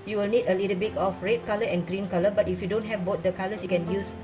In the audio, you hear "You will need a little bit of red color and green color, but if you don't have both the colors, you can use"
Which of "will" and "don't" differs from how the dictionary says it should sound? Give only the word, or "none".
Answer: none